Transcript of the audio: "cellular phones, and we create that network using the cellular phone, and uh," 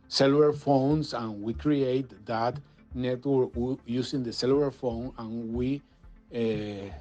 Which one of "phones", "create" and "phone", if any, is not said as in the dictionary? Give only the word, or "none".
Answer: phones